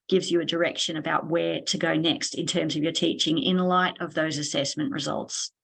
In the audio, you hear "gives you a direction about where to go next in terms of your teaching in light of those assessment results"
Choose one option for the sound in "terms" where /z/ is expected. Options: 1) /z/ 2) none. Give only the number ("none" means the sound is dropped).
1